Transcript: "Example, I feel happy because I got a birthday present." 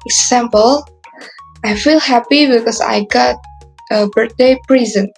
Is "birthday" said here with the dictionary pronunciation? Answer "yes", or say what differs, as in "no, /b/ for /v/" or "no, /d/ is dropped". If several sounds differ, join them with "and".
no, /t/ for /θ/